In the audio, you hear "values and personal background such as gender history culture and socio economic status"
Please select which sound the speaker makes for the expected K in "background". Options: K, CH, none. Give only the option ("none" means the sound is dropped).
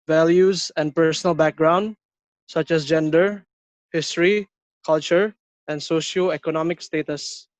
K